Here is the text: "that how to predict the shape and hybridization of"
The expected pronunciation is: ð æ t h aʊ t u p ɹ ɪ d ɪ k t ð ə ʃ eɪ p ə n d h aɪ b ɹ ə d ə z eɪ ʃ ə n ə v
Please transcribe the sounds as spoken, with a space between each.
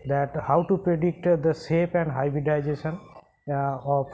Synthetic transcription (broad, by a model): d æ t h aʊ t u p ɹ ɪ d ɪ k t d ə s eɪ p ə n d h aɪ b ɹ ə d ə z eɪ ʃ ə n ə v